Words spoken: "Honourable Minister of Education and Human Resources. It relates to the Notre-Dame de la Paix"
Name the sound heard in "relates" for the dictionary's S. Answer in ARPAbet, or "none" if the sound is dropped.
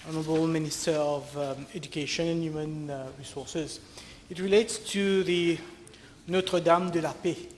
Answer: S